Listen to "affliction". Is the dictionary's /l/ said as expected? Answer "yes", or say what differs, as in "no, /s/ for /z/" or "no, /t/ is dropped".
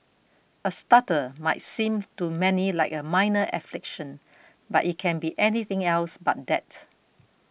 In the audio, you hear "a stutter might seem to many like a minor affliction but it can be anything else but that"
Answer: yes